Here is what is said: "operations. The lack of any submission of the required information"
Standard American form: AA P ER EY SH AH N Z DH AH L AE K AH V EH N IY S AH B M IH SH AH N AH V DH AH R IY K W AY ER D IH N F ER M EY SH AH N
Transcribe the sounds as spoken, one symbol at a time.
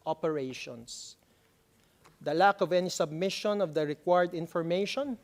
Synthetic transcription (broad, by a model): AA P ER EY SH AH N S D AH L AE K AH V EH N IY S AH B M IH SH AH N AH V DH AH R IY K W AY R D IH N F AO M EY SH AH N